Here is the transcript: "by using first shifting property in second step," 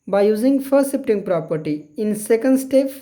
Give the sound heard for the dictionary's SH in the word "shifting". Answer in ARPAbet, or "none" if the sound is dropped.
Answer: S